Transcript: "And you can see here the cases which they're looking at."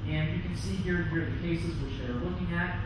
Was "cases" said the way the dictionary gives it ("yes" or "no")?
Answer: yes